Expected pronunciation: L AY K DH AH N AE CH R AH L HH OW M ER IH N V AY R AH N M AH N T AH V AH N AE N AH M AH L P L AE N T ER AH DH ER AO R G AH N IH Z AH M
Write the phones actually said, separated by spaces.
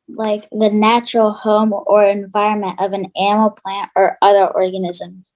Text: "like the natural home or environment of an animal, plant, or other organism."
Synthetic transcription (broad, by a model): L AY K DH AH N AE CH R L HH OW M ER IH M V AY R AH N M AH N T AH V AH N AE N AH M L P L AE N T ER AH DH ER AO R G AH N IH Z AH M